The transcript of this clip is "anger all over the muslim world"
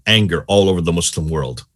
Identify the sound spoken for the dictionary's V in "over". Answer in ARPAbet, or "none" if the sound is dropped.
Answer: V